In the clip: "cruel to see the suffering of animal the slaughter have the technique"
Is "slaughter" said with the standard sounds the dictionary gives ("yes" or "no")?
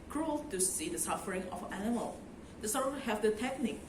no